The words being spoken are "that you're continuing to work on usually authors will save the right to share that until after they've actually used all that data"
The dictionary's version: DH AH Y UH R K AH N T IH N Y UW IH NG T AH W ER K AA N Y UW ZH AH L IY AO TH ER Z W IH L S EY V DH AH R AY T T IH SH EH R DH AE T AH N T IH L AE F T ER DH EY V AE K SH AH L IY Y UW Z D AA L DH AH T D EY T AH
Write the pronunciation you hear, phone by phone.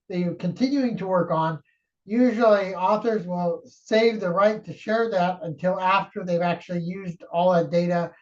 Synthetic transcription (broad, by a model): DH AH K AH N T IH N Y UW IH NG T AH W ER K N Y UW ZH L IY AO TH ER Z W IH L S EY V DH AH R AY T T IH SH EH R DH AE T AH N T IH L AE F T ER DH EY V AE K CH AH L IY Y UW Z D AA L DH AH T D EY T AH